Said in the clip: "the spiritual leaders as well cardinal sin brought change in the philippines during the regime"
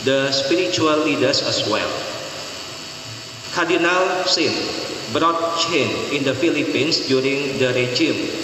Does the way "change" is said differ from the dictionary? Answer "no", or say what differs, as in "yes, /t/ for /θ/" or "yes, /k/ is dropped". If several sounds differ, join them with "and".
yes, /dʒ/ is dropped